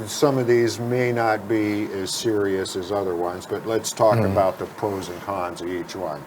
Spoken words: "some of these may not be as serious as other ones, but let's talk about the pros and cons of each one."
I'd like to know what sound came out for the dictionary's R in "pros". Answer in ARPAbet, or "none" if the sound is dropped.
none